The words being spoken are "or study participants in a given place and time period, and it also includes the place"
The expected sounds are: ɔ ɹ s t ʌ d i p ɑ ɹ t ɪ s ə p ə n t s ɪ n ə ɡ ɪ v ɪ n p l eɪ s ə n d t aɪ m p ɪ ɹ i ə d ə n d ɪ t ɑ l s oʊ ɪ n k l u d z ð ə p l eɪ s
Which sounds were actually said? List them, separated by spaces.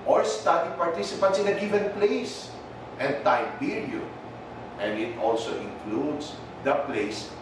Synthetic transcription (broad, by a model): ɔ ɹ s t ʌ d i p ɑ ɹ t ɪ s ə p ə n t s ɪ n ə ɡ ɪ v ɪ n p l eɪ s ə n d t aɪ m b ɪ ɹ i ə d ə n d ɪ t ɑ l s oʊ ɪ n k l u d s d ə p l eɪ s